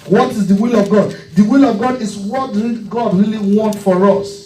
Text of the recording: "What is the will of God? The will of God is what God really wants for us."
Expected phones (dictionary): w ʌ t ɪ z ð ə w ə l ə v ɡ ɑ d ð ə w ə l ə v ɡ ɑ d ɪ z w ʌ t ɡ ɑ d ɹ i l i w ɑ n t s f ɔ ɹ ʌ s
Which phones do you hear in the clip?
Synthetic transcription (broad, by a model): w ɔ t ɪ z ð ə w ə l ə v ɡ ɑ d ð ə w ə l ə v ɡ ɑ d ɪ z w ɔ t ɡ ɑ d ɹ i l i w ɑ n t f ɔ ɹ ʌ s